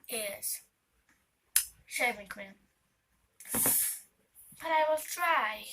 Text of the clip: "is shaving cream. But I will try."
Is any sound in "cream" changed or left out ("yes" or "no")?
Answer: yes